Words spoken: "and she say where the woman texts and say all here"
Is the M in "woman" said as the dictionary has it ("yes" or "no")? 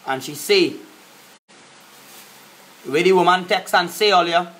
yes